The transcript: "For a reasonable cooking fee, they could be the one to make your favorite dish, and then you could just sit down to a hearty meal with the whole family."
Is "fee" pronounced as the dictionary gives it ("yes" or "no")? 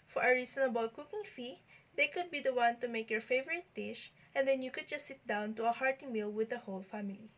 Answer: yes